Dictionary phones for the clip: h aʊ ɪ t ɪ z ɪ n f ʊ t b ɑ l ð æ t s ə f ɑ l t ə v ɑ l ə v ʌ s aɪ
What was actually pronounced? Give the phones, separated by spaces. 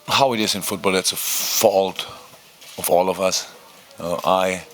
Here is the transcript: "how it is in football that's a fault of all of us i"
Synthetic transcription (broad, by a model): h aʊ ɪ t ɪ z ɪ n f ʊ t b ɑ l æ t s ə f ɑ l t ə v ɑ l ə v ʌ s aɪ